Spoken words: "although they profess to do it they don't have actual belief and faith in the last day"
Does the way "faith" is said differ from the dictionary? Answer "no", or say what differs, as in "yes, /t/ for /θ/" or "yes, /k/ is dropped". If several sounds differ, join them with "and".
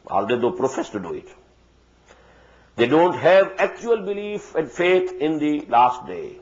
yes, /t/ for /θ/